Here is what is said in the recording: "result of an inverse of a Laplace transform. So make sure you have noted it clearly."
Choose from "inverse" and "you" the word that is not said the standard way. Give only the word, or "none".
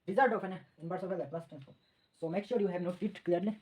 inverse